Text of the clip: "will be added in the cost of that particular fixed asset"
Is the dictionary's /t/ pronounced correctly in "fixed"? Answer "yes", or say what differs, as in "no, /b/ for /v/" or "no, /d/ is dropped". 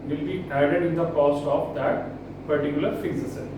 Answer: no, /t/ is dropped